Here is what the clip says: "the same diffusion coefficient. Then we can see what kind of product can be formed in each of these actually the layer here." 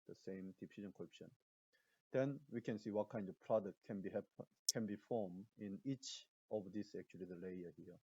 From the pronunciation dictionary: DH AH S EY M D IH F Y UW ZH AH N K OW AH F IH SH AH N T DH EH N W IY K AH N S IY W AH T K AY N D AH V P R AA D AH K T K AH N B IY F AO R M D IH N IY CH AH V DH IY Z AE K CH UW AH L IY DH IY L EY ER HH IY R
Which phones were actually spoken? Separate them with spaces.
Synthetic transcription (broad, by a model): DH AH S EY M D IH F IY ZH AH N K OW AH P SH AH N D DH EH N W IY K AH N S IY W AH T K AY N D AH V P R AA D AH K T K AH N B IY F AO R M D IH N IY CH AH V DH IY S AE K CH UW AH L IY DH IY L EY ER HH IY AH